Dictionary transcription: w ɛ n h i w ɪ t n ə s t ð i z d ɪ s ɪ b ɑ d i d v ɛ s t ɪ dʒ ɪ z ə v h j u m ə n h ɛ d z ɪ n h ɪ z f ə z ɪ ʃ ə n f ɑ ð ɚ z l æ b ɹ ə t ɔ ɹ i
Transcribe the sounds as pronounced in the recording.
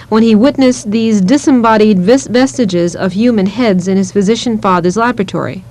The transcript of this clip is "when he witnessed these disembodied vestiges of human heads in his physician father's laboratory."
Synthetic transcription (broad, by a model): w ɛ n i w ɪ t n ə s ð i z d ɪ s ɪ b ɑ d i d v ɛ s t ɪ dʒ ɪ z ə v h j u m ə n h ɛ d z ɪ n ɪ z f ə z ɪ ʃ ə n f ɑ ð ɚ z l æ b ɹ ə t ɔ ɹ i